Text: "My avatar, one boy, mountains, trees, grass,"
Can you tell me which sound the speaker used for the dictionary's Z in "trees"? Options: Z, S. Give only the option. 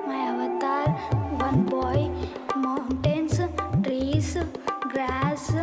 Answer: S